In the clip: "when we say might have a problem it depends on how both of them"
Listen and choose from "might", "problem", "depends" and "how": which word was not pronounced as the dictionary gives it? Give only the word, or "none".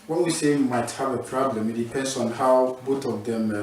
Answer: depends